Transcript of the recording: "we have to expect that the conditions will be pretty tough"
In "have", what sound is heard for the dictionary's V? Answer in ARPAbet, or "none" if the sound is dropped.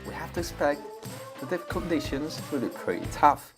F